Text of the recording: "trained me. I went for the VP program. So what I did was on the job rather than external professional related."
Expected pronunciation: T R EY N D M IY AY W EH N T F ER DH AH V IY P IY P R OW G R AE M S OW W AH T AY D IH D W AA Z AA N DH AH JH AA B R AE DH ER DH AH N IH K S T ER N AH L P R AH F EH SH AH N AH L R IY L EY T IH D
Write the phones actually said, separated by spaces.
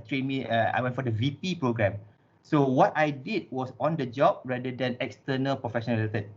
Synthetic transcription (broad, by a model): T R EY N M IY AY W EH N T F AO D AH V IY P IY P R OW G R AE M S OW W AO T AY D IH D W AA S AA N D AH JH AA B R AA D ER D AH N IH K S T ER N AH L P R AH F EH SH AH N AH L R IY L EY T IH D